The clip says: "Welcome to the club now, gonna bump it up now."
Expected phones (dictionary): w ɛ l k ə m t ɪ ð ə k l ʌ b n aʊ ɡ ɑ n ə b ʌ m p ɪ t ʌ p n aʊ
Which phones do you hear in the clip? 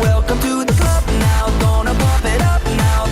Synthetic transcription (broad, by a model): w ɛ l k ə m t ɪ ð ə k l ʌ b n aʊ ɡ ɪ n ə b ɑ p ɪ t ʌ p n aʊ